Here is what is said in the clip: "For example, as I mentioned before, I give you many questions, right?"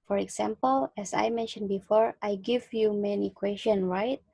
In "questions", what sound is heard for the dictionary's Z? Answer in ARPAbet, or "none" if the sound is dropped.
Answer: none